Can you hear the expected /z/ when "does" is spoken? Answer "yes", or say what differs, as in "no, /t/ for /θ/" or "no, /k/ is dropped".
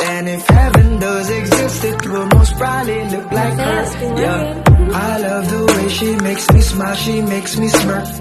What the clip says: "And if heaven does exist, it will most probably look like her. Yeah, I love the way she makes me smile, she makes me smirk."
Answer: yes